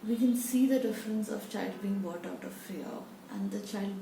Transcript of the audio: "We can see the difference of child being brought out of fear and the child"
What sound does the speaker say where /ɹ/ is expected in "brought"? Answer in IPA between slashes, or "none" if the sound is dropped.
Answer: none